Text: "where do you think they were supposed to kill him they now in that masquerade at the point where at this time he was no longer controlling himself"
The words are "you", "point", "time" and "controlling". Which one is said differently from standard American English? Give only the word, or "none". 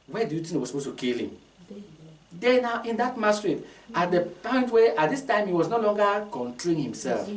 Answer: controlling